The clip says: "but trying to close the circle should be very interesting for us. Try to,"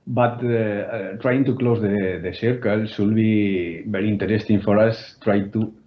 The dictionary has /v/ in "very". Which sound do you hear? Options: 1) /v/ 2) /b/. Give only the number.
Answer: 2